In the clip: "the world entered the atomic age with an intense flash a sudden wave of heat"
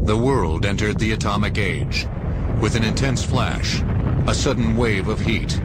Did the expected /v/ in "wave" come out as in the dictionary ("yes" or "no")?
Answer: yes